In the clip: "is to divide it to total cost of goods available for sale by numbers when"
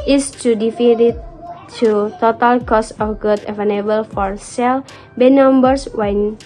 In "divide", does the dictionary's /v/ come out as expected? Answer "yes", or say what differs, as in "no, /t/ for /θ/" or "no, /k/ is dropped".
no, /f/ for /v/